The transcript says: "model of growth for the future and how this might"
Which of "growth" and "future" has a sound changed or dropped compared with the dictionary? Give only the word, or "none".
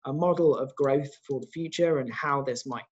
none